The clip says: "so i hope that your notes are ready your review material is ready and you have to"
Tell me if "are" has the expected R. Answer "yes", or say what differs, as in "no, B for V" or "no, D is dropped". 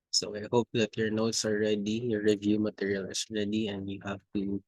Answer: no, L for R